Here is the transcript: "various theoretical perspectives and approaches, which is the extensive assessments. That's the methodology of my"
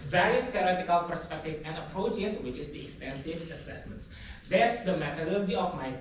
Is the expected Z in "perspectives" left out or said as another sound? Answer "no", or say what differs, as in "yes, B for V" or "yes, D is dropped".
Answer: yes, Z is dropped